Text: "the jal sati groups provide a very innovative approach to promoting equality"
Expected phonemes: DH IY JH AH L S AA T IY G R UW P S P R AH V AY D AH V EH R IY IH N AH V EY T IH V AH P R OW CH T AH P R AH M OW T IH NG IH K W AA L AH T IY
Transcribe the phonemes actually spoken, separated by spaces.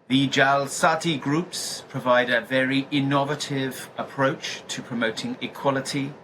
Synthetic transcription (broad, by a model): DH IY JH AH L S AA T IY G R UW P S P R AH V AY D AH V EH R IY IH N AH V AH T IH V AH P R OW CH T AH P R AH M OW T IH NG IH K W AA L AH T IY